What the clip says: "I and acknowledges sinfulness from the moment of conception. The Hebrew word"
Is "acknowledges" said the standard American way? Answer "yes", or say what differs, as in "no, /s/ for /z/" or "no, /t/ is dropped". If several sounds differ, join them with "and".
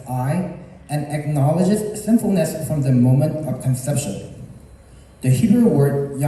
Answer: yes